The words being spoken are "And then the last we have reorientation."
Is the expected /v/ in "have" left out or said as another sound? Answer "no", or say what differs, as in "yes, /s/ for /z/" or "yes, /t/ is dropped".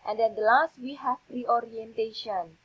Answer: yes, /p/ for /v/